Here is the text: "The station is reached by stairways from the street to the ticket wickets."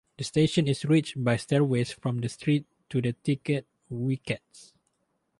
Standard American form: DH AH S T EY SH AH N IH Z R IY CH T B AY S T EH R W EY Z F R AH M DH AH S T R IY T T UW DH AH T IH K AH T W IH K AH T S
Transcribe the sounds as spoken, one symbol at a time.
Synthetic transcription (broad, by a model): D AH S T EY SH AH N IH S R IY CH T B AY S T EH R W EY S F R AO M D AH S T R IY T T UW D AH T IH K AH T W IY K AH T S